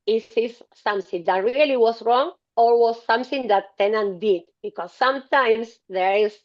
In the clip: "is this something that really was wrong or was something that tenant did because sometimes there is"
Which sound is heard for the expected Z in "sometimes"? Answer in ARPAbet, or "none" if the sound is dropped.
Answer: S